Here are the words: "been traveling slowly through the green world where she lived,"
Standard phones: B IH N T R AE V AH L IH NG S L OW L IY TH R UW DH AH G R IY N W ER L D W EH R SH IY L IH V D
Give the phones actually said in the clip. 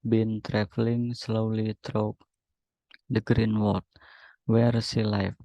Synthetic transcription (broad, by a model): B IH N T R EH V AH L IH NG S L OW L IY T R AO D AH G R IY N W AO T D W EH R S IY L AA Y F